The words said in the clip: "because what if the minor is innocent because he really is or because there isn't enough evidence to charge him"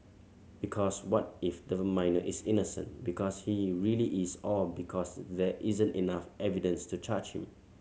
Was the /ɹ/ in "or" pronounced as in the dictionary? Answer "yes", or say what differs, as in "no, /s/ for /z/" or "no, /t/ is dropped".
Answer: no, /l/ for /ɹ/